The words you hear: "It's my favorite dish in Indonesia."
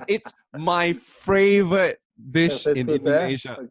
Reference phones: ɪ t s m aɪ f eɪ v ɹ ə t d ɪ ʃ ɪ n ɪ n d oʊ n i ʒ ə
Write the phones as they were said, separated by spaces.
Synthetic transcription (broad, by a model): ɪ t s m aɪ f eɪ v ɹ ə t d ɪ ʃ ɪ n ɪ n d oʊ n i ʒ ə